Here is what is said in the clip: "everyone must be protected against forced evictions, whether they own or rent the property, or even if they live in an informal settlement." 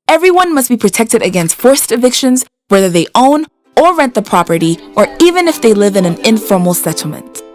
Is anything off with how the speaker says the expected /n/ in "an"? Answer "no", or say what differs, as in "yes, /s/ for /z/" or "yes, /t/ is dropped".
no